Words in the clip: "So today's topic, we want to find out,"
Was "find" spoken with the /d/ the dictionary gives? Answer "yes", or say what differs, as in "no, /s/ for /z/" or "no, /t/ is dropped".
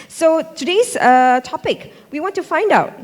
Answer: yes